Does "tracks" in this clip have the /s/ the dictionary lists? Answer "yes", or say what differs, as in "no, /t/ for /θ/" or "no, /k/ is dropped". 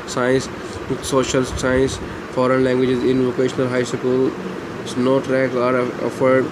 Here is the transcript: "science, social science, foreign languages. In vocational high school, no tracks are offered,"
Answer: no, /s/ is dropped